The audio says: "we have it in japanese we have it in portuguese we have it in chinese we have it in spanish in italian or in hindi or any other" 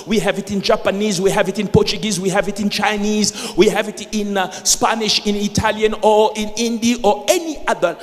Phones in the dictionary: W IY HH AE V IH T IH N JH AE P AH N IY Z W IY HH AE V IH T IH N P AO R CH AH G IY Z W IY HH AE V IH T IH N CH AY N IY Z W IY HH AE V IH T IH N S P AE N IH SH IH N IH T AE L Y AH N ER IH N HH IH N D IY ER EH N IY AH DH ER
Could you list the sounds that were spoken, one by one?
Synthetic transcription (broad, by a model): W IY HH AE V IH T IH N JH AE P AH N IY Z W IY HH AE V IH T IH N P AO R CH AH G IY Z W IY HH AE V IH T IH N CH AY N IY Z W IY HH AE V IH T IH N S P AE N IH SH IH N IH T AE L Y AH N ER IH N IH N D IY ER EH N IY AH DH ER